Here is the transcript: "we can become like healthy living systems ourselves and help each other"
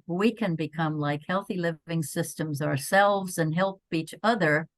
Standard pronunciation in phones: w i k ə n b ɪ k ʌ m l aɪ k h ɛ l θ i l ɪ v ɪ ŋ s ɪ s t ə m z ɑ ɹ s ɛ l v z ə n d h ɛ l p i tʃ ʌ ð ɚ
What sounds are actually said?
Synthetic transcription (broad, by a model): w i k ə n b ɪ k ʌ m l aɪ k h ɛ l θ i l ɪ v ɪ ŋ s ɪ s t ə m z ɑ ɹ s ɛ l v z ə n h ɛ l p i tʃ ʌ ð ɚ